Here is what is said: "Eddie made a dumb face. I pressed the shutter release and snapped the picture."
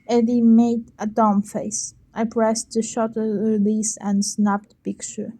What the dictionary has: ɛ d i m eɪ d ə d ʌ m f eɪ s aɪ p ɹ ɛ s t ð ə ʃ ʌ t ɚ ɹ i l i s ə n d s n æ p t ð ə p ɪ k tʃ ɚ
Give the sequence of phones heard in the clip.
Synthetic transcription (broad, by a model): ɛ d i m eɪ d ə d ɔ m f eɪ s aɪ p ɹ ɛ s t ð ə ʃ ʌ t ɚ ɹ i l i s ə n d s n æ p t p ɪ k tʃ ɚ